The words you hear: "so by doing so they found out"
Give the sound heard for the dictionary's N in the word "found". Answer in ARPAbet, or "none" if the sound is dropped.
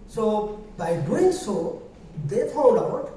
L